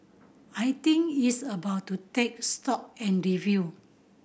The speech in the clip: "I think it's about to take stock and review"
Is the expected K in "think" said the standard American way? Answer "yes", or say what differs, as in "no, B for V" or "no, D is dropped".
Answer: no, K is dropped